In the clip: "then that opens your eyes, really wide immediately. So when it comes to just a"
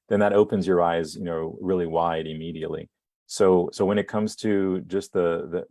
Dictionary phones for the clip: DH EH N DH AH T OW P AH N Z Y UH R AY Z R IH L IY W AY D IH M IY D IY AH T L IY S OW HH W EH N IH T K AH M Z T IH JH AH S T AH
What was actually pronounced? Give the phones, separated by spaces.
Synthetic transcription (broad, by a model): DH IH N DH AH T OW P AH N Z Y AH R AY Z R IH L IY W AY D IH M IY D IY AH T L IY S OW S W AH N IH T K AH M Z T IH JH AH S T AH